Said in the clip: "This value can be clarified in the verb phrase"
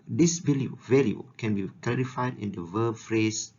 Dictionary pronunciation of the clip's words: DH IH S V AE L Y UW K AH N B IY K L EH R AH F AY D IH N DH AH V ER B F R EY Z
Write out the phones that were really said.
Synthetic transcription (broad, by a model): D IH S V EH L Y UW K AH N B IY K L EH R AH F AY D IH N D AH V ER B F R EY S